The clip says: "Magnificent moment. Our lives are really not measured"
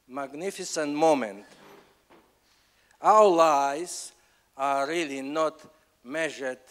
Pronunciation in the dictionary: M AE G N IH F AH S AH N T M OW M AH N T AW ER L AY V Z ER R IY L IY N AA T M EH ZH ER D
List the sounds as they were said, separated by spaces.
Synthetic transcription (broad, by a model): M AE G N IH F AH S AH N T M OW M AH N T AW ER L AY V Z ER R IY L IY N AA T M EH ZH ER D